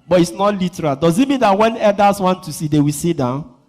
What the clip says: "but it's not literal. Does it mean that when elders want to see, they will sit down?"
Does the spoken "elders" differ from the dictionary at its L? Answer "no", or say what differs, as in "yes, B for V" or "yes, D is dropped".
yes, L is dropped